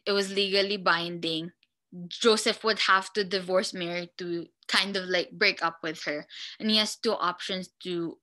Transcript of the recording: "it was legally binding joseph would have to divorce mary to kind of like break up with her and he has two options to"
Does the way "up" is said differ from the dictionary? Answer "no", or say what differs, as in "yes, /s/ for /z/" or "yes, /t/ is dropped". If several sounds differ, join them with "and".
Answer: no